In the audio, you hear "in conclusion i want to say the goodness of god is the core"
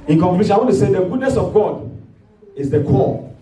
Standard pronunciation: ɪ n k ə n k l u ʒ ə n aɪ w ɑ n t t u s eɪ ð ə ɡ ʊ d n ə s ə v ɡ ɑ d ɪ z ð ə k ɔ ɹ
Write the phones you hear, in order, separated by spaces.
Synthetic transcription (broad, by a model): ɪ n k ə k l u ʃ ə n aɪ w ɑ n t t u s eɪ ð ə ɡ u d n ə s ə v ɡ ɑ d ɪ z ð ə k ɔ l